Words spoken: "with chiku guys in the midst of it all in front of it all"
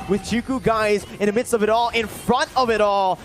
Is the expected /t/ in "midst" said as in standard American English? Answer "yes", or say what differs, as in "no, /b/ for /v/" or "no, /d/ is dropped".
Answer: yes